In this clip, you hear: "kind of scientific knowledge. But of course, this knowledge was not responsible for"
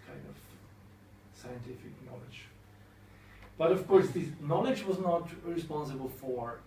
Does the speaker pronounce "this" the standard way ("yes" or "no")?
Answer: no